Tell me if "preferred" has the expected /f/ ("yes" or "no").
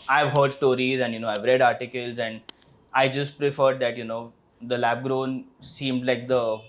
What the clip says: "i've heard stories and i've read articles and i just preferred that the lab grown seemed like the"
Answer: yes